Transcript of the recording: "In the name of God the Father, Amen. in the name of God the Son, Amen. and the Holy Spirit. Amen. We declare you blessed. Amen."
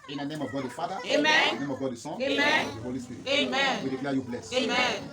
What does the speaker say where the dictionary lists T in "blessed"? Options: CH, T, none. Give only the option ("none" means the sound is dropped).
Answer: none